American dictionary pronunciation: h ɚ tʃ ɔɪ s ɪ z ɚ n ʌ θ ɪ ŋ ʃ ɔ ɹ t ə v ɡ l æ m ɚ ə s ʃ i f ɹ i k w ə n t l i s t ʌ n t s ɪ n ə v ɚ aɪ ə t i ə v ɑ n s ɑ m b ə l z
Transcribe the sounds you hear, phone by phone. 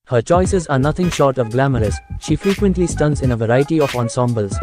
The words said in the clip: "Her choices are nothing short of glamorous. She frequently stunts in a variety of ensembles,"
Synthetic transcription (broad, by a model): h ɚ tʃ ɔɪ s ɪ z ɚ n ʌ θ ɪ ŋ ʃ ɔ ɹ t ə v ɡ l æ m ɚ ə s ʃ i f ɹ i k w ə n t l i s t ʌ n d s ɪ n ə v ɚ aɪ ə t i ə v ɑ n s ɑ m b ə l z